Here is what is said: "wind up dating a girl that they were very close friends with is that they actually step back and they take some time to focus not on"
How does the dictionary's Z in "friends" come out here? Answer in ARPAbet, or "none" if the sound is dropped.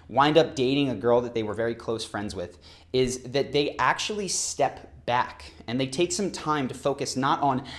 Z